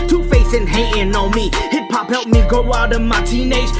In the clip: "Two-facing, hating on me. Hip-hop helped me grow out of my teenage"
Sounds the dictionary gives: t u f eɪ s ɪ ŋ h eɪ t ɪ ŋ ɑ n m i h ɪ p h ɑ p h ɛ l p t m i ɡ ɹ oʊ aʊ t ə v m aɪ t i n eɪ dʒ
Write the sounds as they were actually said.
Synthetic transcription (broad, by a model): t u f eɪ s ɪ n h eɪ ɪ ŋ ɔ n m i h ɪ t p ɑ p h ɛ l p m i ɡ oʊ aʊ t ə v m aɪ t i n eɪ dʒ